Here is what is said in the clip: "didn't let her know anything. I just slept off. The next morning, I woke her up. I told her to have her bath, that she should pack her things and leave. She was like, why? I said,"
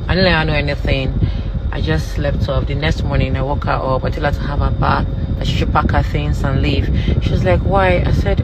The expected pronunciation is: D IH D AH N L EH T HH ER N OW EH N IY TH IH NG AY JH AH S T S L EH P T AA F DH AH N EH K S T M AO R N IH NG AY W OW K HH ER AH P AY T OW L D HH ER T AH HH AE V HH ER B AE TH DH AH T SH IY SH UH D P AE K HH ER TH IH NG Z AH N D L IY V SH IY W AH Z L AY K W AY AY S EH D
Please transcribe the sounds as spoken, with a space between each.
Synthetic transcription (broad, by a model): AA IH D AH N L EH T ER N OW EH N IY TH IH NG AY JH AH S T L EH F T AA P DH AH N EH K S T M AO R N IH NG AY W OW K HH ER AH P AY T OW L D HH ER T AH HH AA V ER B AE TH DH AH T SH IY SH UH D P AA K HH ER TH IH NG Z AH N L IY V SH IY W AH Z L AY K W AY AY S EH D